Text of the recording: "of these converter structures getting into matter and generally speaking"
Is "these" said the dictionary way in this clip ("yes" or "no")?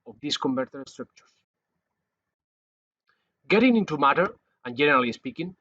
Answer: no